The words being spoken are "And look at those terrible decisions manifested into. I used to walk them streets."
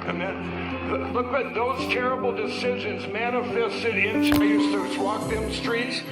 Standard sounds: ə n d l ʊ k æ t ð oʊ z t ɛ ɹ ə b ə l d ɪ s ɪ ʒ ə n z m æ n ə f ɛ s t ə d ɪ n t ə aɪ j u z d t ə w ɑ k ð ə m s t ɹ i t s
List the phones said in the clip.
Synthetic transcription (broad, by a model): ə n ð l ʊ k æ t ð oʊ z t ɛ ɹ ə b l d ɪ s ɪ ʒ ə n z m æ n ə f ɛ s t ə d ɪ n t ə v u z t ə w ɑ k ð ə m s t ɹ i t s